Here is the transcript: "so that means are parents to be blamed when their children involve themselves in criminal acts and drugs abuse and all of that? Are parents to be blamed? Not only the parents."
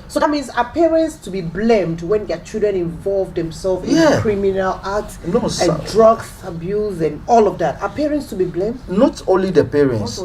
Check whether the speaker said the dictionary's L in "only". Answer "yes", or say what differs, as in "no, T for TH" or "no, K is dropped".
yes